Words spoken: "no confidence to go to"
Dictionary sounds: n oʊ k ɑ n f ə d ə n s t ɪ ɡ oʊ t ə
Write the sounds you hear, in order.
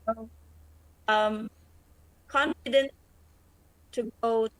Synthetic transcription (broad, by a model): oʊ k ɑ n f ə d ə n t ɪ ɡ oʊ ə